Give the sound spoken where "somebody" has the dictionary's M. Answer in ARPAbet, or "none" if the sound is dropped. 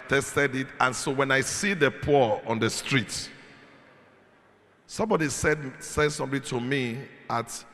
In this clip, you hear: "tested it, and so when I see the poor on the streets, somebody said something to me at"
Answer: M